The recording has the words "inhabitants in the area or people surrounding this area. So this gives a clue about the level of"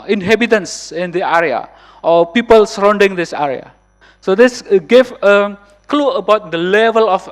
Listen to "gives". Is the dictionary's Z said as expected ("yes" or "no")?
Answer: no